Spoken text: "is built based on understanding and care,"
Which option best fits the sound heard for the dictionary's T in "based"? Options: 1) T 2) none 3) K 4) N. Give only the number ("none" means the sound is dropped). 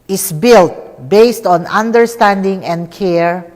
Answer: 1